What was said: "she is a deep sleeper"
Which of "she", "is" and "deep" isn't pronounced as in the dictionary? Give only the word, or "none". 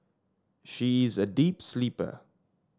none